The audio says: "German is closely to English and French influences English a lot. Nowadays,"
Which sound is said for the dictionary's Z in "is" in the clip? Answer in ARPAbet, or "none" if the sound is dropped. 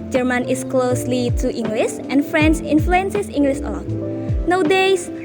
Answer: S